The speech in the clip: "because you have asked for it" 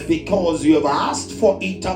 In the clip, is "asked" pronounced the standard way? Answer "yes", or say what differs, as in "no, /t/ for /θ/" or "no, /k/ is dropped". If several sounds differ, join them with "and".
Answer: yes